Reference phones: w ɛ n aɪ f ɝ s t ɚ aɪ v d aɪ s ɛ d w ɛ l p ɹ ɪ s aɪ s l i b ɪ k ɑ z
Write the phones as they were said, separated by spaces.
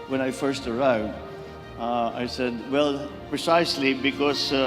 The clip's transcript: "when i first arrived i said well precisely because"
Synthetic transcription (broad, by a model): w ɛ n aɪ f ɝ s t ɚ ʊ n d aɪ s ɛ d w ɛ l p ɹ ɪ s aɪ s l i b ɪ k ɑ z